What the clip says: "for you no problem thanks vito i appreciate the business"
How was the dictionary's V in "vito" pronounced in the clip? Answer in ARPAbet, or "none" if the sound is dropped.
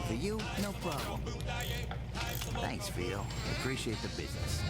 F